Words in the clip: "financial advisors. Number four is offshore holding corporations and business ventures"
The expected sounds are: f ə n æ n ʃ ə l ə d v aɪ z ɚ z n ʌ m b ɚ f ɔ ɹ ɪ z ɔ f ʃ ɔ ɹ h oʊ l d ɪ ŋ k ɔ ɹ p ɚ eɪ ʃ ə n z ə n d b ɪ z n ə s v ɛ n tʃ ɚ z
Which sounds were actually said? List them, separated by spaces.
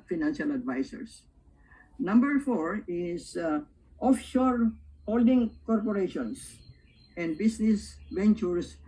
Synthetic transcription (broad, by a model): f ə n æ n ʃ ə l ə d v aɪ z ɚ s n ʌ m b ɚ f ɔ ɹ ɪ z ɔ f ʃ ɔ ɹ h oʊ l d ɪ ŋ k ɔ ɹ p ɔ eɪ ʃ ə n s ə n d b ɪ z n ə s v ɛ n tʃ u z